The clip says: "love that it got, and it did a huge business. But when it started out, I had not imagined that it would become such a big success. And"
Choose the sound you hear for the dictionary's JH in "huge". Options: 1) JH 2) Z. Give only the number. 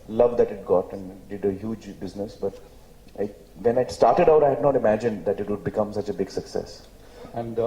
1